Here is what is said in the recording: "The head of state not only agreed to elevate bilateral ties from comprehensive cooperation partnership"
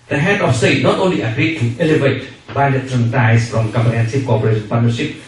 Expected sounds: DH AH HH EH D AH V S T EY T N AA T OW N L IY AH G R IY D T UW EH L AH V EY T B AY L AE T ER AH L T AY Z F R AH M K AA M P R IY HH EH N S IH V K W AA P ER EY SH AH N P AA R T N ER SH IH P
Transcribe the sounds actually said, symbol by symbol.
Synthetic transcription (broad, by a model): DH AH HH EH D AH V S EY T N AA T OW N L IY AH G R IY D T UW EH L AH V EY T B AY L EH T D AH N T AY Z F R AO M K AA M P IY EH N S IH P K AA P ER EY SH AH N P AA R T N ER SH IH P